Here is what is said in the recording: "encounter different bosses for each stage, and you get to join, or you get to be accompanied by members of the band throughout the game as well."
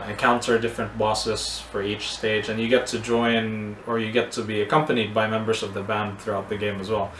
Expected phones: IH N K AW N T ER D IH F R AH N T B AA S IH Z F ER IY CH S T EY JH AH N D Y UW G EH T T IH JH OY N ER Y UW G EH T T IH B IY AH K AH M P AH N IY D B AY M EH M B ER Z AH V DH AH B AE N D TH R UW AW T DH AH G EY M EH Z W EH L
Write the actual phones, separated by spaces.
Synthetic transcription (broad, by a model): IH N K AW N T ER D IH F R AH N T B AA S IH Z F ER IY CH S T EY JH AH N Y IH G EH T T IH JH OY N ER Y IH G EH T T IH B IY AH K AH M P AH N IY D B AY M EH M B ER Z AH V DH AH B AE N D TH R UW AW T DH AH G EY M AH Z W EH L